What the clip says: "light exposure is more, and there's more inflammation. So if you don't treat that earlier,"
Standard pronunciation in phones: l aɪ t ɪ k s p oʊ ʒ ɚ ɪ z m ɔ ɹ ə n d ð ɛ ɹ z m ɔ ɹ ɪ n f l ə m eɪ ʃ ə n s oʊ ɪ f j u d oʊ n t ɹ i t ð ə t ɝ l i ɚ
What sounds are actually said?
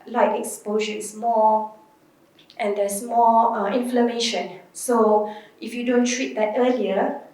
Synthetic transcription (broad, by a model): l aɪ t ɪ k s p oʊ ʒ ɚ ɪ s m ɔ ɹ ə n d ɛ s m ɔ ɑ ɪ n f l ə m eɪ ʃ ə n s oʊ ɪ f j u d oʊ n t ɹ i t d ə t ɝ l i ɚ